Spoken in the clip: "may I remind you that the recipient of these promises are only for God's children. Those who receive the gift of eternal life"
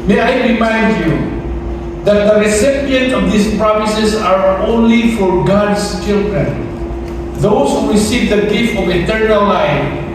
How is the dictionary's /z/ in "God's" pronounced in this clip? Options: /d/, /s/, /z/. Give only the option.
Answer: /s/